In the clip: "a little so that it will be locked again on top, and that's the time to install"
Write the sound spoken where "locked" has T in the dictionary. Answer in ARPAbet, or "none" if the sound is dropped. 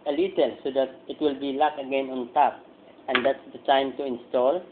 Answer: none